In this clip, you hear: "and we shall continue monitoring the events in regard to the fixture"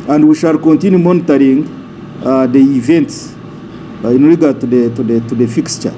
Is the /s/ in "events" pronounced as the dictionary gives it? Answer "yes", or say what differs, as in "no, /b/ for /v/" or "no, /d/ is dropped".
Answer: yes